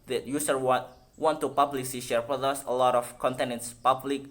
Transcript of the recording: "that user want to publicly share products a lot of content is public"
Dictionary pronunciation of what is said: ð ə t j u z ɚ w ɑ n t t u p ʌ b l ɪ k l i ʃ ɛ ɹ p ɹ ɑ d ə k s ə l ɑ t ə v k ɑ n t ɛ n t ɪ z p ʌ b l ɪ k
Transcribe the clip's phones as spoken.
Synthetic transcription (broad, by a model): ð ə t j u s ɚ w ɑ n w t u p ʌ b l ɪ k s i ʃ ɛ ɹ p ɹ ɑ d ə s ə l ɑ t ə f k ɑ n t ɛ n ɪ s p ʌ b l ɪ k